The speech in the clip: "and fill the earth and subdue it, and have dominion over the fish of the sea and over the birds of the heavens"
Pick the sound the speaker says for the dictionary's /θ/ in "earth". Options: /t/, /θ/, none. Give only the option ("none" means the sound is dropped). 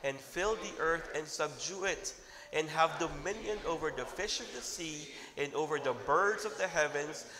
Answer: /θ/